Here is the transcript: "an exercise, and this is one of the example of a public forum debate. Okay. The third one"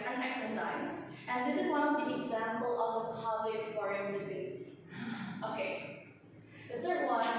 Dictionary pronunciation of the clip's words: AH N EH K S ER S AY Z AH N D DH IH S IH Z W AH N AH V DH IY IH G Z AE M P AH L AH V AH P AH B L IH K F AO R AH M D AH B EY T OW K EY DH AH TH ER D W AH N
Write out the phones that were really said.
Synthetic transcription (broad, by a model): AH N EH K S ER S AY Z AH N DH IH S IH Z W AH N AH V DH IY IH G Z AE M P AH L AH V AH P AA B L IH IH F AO R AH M D AH B EY T OW K EY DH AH S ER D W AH